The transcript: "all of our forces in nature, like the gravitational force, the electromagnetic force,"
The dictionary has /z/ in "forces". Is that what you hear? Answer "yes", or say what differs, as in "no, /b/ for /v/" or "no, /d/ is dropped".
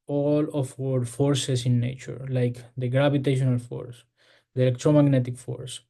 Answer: no, /s/ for /z/